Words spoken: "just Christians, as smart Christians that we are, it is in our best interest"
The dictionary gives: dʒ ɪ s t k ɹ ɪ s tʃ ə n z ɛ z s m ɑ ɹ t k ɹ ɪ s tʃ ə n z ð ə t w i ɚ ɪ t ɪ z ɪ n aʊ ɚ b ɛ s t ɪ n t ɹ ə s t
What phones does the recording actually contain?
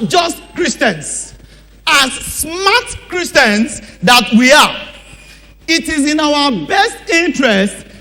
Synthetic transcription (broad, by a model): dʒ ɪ s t k ɹ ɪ s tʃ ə n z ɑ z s m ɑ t k ɹ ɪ s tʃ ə n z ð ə t w i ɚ ɪ t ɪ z ɪ n aʊ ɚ b ɛ s t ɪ n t ɹ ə s t